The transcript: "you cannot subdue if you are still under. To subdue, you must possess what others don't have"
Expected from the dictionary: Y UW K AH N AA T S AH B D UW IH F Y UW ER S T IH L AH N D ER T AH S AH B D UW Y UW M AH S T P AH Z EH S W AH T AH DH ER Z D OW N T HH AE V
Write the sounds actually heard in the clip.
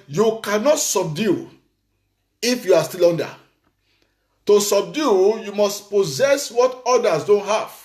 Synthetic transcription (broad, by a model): Y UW K AH N AA T S AH B D UW IH F Y UW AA S T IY L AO N D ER T AH S AH B D UW Y UW M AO S T P AH Z EH S W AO T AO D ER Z D OW N T HH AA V